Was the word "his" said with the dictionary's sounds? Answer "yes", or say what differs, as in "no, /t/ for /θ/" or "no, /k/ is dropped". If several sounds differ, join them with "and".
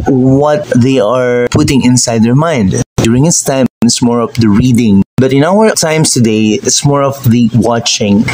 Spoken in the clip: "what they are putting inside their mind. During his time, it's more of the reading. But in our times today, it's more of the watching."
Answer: no, /s/ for /z/